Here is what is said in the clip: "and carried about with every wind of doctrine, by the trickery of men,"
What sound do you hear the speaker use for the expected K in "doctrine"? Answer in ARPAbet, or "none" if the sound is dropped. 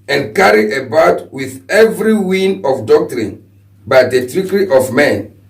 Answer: K